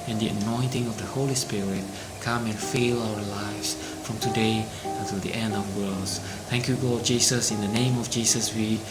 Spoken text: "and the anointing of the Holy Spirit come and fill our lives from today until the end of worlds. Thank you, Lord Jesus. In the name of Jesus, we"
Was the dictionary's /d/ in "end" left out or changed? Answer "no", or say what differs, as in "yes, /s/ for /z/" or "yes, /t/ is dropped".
no